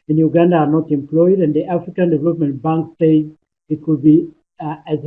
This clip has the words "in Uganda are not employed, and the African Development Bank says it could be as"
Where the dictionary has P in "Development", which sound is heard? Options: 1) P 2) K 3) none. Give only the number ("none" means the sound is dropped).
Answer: 1